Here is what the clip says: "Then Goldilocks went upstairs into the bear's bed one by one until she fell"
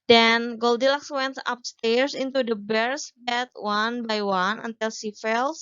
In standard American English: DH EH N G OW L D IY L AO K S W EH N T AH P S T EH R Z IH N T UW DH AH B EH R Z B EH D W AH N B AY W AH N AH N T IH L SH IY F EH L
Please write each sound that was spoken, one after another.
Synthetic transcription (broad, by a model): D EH N G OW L D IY L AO K S W EH N T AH P S T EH R S IH N T UW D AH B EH R S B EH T W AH N B AY W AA N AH N T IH L S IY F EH L